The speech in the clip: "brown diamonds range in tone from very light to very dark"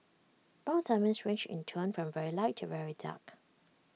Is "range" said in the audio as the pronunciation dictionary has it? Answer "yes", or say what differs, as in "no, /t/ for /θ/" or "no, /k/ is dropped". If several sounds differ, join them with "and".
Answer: no, /tʃ/ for /dʒ/